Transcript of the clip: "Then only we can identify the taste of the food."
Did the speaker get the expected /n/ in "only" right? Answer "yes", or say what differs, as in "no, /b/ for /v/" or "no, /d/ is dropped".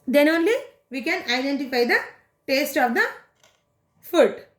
yes